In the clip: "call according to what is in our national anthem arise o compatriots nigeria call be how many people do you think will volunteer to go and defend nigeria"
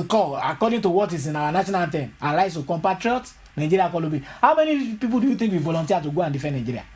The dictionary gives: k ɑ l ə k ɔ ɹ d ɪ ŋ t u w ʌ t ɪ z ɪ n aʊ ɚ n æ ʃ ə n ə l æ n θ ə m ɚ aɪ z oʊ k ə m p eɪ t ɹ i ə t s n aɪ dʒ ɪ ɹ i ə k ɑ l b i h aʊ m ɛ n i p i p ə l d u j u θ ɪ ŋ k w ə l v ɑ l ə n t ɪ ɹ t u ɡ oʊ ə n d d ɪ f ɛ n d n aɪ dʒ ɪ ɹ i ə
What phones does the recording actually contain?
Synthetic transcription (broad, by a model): k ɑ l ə k ɔ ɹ d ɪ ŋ t u w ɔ t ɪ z ɪ n aʊ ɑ n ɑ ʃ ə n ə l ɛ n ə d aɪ s oʊ k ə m p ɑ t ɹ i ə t n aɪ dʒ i ɹ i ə k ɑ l b i h aʊ m ɛ n i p i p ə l d u j u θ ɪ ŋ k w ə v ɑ l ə n t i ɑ t u ɡ oʊ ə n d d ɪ f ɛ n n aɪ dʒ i ɹ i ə